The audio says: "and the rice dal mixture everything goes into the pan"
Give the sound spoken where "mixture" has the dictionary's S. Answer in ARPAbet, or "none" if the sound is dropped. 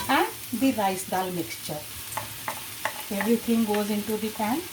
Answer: S